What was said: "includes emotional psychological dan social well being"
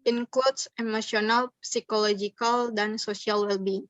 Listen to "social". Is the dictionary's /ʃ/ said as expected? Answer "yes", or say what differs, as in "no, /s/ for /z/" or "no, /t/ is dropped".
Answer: no, /s/ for /ʃ/